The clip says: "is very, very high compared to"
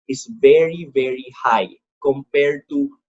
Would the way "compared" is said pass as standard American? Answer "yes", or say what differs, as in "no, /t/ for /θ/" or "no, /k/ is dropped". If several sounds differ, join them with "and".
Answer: yes